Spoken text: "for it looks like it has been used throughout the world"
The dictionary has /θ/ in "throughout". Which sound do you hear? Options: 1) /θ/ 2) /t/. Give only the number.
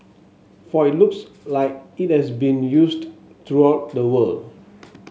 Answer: 2